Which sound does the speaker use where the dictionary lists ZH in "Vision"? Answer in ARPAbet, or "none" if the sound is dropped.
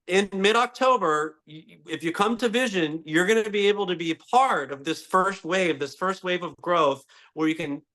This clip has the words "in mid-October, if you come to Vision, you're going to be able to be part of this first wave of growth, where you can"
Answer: ZH